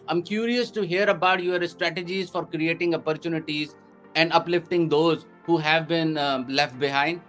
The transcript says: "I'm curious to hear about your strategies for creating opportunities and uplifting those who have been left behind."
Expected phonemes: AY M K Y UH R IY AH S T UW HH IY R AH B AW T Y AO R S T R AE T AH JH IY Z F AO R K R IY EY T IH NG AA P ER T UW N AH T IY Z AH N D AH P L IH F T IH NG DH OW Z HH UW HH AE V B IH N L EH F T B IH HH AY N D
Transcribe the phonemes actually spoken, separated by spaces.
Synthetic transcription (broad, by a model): AY M K Y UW R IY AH S T UW HH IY R AH B AW T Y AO R S T R AE T AH JH IY Z F AO R K R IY EY T IH NG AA P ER T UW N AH T IY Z AH N D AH P L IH F T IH NG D OW Z HH UW HH AE V B IH N L EH F T B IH HH AY N D